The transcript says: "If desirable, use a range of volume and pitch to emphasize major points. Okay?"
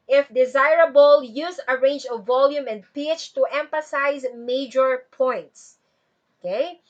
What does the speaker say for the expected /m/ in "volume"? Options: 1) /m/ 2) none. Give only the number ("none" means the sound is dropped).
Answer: 1